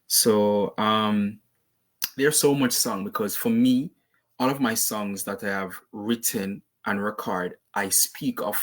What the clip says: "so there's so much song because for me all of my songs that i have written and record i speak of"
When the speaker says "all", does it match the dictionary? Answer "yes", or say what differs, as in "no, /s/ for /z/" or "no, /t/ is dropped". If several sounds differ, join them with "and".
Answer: no, /n/ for /l/